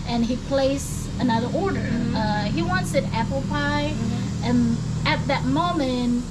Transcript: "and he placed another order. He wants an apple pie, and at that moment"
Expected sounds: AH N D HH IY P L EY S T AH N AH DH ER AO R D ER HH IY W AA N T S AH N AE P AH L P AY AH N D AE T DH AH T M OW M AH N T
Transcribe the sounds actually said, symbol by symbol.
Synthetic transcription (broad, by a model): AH N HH IY P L EY S AH N AH DH ER AO R D ER HH IY W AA N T S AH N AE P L P AY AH N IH T DH AH T M OW M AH N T